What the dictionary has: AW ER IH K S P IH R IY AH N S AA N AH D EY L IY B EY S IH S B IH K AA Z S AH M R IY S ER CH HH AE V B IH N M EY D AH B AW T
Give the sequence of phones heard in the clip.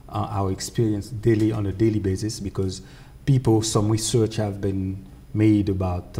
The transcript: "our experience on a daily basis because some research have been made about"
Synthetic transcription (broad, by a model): AW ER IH K S P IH R IY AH N S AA N AH D EY L IY B EY S IH S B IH K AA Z S AH M R IY S ER CH HH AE V B IH N M EY D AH B AW T